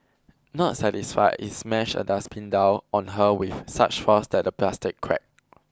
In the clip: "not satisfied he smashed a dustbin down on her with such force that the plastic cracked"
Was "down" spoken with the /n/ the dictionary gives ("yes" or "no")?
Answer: no